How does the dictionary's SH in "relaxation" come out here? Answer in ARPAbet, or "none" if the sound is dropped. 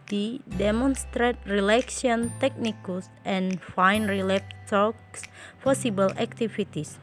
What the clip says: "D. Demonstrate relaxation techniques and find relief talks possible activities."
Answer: none